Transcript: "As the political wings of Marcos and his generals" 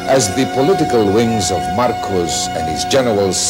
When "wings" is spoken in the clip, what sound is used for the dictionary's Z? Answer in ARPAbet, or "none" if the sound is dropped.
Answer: Z